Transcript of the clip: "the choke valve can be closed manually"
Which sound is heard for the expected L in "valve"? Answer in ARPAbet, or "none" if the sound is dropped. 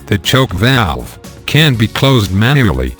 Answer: L